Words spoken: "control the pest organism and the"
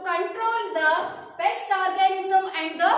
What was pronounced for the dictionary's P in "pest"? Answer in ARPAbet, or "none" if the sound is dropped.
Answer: B